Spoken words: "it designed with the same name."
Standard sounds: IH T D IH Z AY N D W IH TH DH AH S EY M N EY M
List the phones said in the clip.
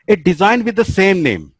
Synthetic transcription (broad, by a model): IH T D IH Z AY N D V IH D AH S EY M N EY M